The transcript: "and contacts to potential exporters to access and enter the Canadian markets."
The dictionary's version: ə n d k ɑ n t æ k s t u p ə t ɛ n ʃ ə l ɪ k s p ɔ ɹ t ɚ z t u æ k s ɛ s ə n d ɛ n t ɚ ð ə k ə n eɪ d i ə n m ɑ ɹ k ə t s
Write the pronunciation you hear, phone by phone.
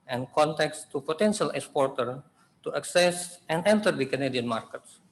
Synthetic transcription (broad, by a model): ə n k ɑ n t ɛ k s t u p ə t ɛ n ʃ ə l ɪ k s p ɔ ɹ t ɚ t u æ k s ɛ s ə n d ɛ n t ɚ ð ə k ə n eɪ d i ə n m ɑ ɹ k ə t s